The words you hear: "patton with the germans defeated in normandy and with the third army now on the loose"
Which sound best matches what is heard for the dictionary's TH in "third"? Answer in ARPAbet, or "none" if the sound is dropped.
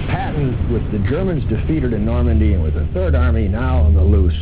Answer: TH